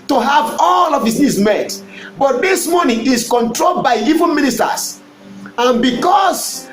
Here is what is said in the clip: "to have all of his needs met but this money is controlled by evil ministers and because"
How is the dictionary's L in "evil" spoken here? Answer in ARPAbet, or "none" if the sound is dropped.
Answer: N